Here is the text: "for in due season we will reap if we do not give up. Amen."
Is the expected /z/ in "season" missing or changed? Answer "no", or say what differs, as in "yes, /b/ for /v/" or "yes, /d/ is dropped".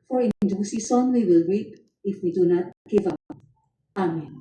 yes, /s/ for /z/